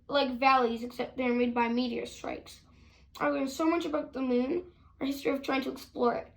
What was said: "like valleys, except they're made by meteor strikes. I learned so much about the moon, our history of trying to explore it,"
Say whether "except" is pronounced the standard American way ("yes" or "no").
yes